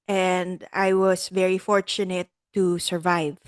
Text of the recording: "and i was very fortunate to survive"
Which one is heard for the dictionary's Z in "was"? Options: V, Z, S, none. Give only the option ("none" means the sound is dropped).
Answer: S